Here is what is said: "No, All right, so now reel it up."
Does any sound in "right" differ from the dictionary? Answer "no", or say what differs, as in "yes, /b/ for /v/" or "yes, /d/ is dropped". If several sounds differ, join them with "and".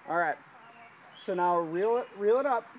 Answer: no